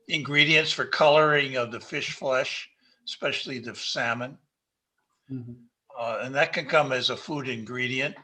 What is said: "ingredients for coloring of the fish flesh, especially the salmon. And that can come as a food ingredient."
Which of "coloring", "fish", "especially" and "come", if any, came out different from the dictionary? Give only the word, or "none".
none